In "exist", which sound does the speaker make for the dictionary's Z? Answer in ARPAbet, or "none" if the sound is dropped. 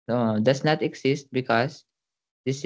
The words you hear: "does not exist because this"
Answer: S